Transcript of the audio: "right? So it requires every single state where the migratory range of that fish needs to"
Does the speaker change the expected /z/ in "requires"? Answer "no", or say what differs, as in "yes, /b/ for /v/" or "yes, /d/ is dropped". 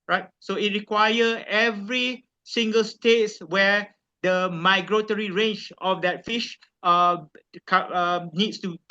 yes, /z/ is dropped